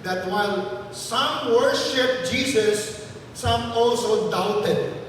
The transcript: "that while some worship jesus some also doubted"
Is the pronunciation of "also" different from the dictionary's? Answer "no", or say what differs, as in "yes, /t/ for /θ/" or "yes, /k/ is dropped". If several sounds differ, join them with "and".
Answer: no